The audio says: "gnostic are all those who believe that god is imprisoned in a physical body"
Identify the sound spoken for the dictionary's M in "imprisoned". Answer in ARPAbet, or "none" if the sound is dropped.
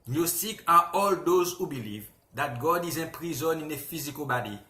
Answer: none